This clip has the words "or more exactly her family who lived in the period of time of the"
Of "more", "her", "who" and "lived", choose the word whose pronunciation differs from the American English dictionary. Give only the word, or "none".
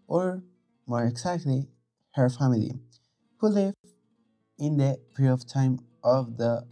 lived